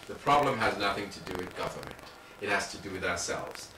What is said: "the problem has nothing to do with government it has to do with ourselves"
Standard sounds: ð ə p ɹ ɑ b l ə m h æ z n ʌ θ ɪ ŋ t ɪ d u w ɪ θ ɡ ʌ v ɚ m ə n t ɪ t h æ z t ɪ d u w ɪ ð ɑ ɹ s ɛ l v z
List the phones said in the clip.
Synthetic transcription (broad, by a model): ð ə p ɹ ɑ b l ə m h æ z n ʌ θ ɪ ŋ t ɪ d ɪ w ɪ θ ɡ ʌ v ɚ m ə n t ɪ t h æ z t ɪ d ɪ w ɪ ð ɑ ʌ s ɛ l v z